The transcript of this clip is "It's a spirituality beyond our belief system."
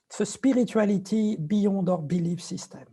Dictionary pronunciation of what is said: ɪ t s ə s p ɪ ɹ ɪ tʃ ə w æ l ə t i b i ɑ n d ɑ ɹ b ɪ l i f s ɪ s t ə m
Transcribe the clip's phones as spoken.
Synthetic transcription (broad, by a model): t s ə s p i ɹ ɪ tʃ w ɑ l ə t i b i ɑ d ɑ ɹ b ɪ l i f s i s t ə m